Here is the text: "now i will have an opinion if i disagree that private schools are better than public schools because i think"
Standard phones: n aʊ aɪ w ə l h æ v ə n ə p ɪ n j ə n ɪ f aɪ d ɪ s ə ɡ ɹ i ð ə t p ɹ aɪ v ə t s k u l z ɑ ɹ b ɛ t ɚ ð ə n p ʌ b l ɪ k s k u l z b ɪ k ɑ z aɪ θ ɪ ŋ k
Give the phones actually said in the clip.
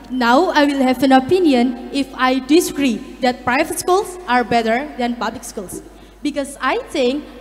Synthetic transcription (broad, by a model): n aʊ aɪ w ə l h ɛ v ə n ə p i n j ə n ɪ f aɪ d ɪ s ə ɡ ɹ i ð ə t p ɹ aɪ v ə t s k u l s ɑ ɹ b ɛ t ɚ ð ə n p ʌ b l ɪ k s k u l s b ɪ k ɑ s aɪ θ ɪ ŋ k